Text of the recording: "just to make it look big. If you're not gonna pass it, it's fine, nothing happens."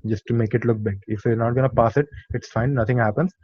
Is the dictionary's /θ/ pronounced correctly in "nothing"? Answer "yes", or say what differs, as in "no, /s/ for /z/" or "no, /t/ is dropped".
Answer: no, /t/ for /θ/